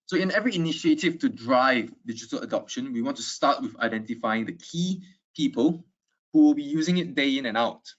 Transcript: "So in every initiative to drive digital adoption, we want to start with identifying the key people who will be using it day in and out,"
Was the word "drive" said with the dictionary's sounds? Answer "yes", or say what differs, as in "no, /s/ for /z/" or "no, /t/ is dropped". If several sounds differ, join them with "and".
yes